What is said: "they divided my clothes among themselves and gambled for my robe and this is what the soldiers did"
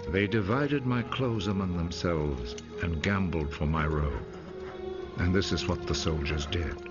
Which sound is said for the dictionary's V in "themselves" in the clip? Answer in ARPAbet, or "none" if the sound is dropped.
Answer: V